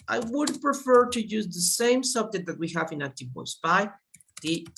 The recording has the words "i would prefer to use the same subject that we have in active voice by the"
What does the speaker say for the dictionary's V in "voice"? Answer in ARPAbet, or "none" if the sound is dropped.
W